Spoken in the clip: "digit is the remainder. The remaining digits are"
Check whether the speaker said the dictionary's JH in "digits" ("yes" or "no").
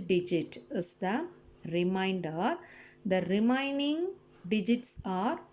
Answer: yes